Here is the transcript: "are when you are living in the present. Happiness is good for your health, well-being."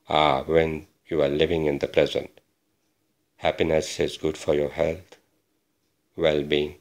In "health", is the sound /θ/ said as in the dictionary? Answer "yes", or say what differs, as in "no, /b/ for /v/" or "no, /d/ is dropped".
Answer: no, /t/ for /θ/